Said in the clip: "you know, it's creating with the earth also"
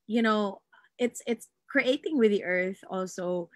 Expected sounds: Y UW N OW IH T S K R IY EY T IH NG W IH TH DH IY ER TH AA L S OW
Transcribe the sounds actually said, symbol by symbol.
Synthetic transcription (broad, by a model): Y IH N OW IH T S K R IY EY T IH NG W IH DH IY ER TH AA L S OW